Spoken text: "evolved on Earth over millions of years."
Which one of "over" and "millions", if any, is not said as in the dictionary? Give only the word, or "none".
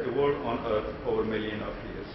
millions